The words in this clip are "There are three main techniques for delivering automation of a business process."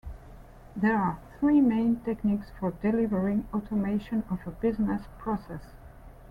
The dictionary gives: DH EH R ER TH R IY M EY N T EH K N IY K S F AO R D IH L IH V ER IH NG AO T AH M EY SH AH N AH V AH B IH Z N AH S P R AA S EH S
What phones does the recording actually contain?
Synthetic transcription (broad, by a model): DH EH R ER TH R IY M EY N T EH K N IY K S F AO R D IH L IH V ER IH NG AO T AH M EY SH AH N AH V AH B IH Z N AH S P R AA S EH S